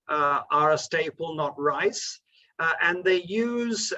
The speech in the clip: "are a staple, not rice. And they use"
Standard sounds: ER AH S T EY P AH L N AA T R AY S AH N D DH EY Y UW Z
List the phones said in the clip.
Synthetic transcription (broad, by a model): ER AH S T EY P AH L N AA T R AY S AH N DH EY Y UW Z